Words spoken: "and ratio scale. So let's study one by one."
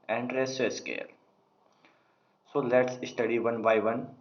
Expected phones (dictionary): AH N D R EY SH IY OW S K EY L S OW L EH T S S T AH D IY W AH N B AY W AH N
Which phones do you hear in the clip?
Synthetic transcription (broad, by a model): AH N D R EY S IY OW S K EY L S OW L EH T S S T AH D IY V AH N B AY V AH N